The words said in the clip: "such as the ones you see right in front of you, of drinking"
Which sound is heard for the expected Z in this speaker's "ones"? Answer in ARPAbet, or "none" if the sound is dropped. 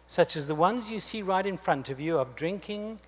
Z